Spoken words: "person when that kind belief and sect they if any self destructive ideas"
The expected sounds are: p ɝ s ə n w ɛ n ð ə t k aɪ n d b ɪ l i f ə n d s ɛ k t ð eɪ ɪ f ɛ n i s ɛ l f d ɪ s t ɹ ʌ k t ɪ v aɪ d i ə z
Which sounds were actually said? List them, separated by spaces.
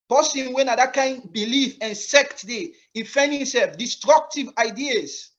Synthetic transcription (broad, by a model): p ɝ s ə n w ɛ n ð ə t k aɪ n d b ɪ l i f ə n s ɛ k t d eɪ ɪ f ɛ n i s ɛ l f d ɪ s t ɹ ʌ k t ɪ v aɪ d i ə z